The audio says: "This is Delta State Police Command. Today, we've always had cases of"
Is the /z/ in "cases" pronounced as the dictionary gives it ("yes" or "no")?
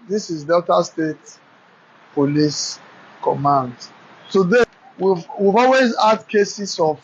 no